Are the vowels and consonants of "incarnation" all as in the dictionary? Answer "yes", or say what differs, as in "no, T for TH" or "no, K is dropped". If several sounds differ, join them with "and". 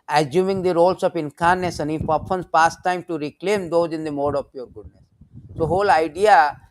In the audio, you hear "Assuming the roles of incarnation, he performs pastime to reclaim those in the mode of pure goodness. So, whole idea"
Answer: no, S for SH